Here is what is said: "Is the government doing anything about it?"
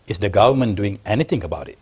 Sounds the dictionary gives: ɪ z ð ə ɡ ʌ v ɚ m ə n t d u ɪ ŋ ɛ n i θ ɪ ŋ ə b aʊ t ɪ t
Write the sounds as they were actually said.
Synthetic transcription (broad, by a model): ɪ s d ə ɡ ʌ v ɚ m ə n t d u ɪ ŋ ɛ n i t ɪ ŋ ə b aʊ t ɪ t